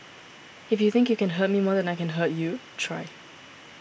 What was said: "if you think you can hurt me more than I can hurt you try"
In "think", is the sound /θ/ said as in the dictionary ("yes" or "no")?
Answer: yes